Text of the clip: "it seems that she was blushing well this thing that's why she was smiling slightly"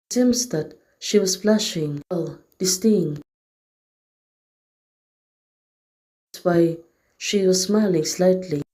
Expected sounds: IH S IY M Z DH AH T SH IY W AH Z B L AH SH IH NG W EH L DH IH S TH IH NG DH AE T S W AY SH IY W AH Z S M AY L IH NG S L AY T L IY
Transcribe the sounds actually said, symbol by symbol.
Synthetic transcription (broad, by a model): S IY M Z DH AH T SH IY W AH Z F L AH SH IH NG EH L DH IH S T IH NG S W AY SH IY W AH Z S M AY L IH NG S L AY T L IY